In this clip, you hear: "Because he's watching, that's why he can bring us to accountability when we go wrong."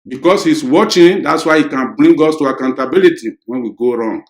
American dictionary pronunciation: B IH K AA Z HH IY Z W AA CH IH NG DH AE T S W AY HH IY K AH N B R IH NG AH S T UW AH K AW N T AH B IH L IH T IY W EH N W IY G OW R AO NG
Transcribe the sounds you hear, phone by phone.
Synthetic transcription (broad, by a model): B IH K AA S HH IY S W AA CH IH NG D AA T S W AY HH IY K AH N B R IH NG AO S T UW AH K AW N T AH B IH L IH T IY W EH N W IY G OW R AO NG